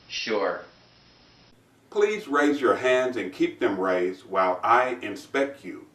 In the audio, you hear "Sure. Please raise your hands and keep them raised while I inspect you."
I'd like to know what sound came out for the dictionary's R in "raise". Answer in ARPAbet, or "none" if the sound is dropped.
R